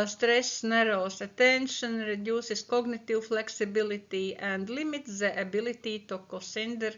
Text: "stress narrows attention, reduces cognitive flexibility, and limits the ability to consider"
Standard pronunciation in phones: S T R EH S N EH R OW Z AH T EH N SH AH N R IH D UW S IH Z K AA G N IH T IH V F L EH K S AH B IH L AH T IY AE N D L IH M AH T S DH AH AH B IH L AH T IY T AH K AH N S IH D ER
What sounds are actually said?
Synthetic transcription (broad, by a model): S T R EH S N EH R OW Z AH T EH N SH AH N R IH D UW S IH S K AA G N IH T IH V F L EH K S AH B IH L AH T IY AE N D L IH M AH T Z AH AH B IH L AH T IY T AH K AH S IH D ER